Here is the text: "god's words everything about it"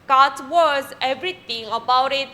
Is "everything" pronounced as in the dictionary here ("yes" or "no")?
no